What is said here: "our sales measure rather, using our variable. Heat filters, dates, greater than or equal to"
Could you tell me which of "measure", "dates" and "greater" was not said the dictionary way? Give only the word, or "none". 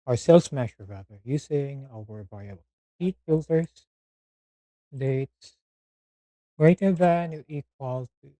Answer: measure